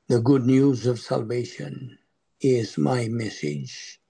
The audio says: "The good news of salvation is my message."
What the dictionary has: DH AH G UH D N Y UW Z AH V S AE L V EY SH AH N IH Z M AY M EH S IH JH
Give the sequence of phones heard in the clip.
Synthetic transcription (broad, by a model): DH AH G UH D N Y UW Z AH V S AE L V EY SH AH N IH Z M AY M EH S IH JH